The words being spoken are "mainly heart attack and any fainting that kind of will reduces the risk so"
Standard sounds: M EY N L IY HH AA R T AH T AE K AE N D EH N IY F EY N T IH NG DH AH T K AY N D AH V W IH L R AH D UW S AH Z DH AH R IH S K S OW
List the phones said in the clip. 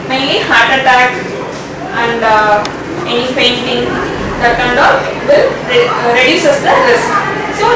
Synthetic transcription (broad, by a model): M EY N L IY HH AA R T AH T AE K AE N D EH N IY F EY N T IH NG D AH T K AY N D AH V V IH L R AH D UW S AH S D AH L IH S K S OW